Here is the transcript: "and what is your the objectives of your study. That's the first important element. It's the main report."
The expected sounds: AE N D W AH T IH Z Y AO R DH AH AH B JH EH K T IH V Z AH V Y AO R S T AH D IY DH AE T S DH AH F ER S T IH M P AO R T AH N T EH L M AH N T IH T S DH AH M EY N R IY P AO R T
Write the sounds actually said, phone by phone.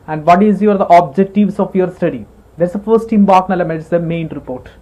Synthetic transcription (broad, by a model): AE N D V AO T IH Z Y AO R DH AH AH B JH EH K T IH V S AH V Y AO R S T AH D IY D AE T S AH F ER S T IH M B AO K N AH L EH M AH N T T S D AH M EY N R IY P AO R T